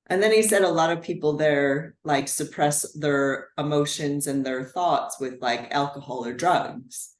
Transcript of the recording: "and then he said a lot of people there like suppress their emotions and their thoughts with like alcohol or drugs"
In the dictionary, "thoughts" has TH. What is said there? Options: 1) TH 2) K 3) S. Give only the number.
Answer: 1